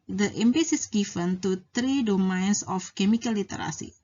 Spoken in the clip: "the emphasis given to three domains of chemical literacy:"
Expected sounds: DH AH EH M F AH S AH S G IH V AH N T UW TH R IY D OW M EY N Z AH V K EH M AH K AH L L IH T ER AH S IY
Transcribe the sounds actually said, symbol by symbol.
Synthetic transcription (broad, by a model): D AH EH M P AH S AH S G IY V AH N T UW T R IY D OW M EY N S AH F K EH M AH K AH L L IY T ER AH S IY